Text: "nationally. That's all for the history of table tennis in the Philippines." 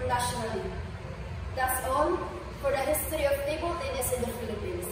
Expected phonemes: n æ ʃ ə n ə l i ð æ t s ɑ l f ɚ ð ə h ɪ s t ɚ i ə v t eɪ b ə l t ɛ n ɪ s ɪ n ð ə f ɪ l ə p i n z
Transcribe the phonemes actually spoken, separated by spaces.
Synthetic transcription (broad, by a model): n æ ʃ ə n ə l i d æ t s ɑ n f ɚ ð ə h ɪ s t ɚ i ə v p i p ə l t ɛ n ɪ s ɪ n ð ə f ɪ l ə p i n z